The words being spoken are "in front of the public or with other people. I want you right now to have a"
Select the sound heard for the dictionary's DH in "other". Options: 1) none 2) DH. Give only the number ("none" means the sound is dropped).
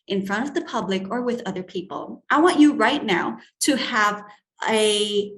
2